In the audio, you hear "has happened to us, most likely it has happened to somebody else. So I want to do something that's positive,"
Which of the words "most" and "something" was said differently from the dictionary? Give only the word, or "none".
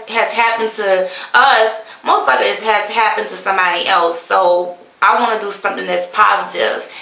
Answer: none